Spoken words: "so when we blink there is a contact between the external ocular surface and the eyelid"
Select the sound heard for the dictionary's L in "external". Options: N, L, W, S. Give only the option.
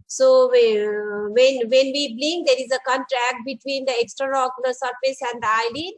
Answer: N